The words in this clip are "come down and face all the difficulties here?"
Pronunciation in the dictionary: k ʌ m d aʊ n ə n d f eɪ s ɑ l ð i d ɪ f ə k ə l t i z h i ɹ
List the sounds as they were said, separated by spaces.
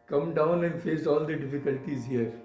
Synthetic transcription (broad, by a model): k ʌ m d aʊ n ə n d f eɪ s ɑ l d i d ɪ f ə k ə l t i z h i ɹ